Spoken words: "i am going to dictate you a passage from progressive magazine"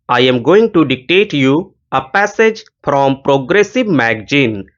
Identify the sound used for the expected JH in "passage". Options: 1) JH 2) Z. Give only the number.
1